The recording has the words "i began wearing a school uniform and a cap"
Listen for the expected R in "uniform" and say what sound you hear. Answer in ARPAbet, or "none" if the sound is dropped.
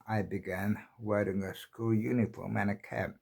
L